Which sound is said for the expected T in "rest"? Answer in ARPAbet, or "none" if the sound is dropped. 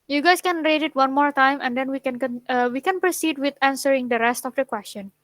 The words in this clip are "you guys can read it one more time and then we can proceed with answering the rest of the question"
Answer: T